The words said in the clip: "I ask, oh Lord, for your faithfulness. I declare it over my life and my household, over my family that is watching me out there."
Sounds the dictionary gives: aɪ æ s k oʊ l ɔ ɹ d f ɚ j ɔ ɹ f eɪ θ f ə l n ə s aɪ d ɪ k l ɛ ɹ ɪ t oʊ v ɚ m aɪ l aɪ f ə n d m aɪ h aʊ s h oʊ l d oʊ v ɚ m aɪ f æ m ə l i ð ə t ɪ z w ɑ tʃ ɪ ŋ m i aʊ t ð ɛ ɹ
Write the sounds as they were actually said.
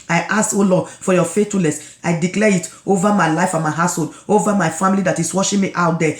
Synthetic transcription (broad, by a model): aɪ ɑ s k oʊ l ɔ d f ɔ j ɔ f eɪ t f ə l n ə s aɪ d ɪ k l ɛ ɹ ɪ t oʊ v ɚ m aɪ l aɪ f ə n m aɪ h aʊ s h oʊ l d oʊ v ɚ m aɪ f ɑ m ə l i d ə t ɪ s w ɑ ʃ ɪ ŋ m i aʊ t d ɛ